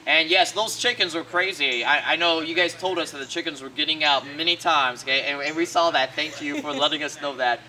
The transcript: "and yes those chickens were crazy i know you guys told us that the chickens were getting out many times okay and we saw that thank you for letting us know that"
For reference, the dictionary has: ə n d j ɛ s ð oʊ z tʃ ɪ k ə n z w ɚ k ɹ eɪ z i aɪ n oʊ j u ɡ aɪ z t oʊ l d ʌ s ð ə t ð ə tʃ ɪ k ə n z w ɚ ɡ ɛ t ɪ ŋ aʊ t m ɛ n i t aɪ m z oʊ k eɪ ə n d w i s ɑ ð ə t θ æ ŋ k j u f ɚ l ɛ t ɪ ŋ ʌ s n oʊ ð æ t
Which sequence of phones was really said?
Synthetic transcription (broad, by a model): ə n j ɛ s ð oʊ z tʃ ɪ k ə n z w ɚ k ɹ eɪ z i aɪ n oʊ j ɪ ɡ aɪ z t oʊ l d ʌ s ð ə t ð ə tʃ ɪ k ə n z w ɚ ɡ ɛ t ɪ ŋ aʊ t m ɛ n i t aɪ m z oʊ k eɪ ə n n w i s ɑ ð ə t θ æ ŋ k j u f ɚ l ɛ t ɪ ŋ ʌ s n oʊ ð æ t